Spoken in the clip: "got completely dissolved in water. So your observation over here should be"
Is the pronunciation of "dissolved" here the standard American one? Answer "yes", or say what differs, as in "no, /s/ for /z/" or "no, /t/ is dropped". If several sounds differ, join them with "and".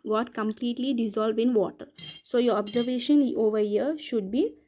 yes